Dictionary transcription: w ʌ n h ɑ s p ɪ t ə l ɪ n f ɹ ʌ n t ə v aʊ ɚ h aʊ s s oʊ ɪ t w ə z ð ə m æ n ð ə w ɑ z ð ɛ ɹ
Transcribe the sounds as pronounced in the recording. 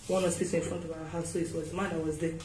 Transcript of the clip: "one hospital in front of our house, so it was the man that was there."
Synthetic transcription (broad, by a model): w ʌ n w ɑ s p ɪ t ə ɪ n f ɹ ʌ n t ə v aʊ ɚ h aʊ s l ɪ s w ə z m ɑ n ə w ɑ z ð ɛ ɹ